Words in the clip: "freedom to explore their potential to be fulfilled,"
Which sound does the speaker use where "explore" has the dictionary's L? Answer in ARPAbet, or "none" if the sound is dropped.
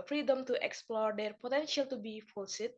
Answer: L